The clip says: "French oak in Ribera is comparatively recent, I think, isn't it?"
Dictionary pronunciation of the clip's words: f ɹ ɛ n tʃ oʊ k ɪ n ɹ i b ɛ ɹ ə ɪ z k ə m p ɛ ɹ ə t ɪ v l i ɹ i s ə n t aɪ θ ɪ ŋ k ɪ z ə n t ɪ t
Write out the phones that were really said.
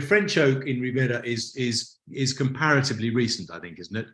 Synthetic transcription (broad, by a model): f ɹ ɛ n tʃ oʊ k ɪ n ɹ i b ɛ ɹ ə ɪ z k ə m p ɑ ɹ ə t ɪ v l i ɹ i s ə n t aɪ θ ɪ ŋ k ɪ z n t ɪ t